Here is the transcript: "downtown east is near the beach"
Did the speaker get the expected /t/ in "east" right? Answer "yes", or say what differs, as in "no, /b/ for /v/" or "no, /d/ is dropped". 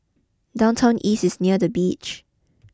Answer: no, /t/ is dropped